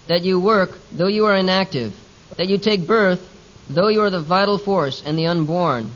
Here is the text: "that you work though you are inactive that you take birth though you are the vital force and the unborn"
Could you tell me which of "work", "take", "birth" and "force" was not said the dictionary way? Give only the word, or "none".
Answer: none